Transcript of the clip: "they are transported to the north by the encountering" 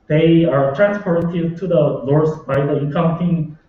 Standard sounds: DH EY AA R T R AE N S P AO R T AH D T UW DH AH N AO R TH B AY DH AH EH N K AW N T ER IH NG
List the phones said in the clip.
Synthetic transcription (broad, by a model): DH EY AA R T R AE N S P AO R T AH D T UW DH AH L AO R S B AY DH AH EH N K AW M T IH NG